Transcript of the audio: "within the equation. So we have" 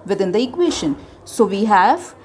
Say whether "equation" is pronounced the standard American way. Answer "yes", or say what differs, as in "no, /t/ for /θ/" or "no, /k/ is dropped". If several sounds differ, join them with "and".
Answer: no, /ʃ/ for /ʒ/